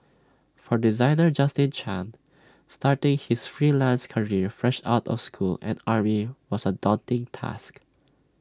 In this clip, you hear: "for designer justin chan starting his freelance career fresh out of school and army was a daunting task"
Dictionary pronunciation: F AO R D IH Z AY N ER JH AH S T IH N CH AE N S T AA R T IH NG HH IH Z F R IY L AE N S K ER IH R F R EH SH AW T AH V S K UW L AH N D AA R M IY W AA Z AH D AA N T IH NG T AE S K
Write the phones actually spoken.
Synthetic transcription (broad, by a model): F AO R D IH Z AY N ER JH AH S T IH N CH AE N S T AA R T IH NG HH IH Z F R IY L AE N S K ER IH R F R EH SH AW T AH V S K UW L AH N D AA R M IY W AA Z AH D AA N T IH NG T AE S K